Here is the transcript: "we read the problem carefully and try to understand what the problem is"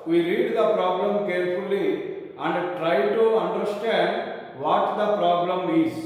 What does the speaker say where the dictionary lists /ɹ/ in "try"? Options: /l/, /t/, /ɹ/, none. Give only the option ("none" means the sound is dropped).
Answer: /ɹ/